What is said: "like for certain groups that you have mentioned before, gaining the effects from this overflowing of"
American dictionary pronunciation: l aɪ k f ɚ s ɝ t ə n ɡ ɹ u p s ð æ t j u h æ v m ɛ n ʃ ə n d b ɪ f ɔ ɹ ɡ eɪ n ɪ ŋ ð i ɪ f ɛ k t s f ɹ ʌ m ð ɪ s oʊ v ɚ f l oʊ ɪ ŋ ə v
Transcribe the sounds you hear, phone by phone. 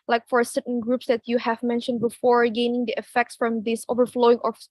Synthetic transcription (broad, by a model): l aɪ k f ɚ s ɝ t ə n ɡ ɹ u p s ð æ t j u h æ v m ɛ n ʃ ə n d b ɪ f ɔ ɹ ɡ eɪ n ɪ ŋ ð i ɪ f ɛ k t s f ɹ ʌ m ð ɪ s oʊ v ɚ f l oʊ ɪ ŋ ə